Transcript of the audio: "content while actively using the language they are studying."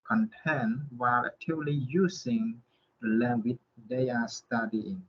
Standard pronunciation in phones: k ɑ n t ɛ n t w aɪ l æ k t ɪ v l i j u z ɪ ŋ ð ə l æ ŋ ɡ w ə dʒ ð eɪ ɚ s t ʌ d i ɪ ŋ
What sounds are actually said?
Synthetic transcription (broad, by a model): k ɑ n t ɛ n w aɪ l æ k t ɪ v l i j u s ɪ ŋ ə l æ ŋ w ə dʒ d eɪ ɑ s t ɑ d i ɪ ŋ